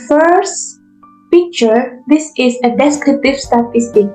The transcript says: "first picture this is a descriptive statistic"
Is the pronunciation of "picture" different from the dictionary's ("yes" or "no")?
no